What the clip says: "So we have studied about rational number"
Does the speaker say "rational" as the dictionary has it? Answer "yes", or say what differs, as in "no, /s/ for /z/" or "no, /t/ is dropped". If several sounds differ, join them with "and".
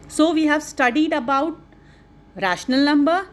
yes